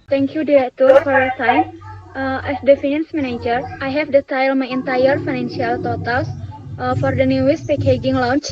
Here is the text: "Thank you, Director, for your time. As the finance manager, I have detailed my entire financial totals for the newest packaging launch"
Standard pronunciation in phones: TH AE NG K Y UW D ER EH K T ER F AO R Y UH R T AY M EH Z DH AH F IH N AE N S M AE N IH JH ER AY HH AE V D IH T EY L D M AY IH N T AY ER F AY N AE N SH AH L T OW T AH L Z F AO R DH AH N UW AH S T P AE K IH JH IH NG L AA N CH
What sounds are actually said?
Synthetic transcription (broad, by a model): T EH NG K Y UW D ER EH T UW F AO R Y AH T AY M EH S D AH F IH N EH N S M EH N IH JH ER AY HH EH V D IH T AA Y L M AY IH N T AY ER F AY N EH N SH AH L T OW T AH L S F AO R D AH N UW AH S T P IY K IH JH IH NG L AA N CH